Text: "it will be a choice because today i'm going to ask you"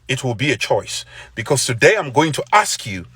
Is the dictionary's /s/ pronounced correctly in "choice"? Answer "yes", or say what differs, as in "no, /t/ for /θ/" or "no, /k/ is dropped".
yes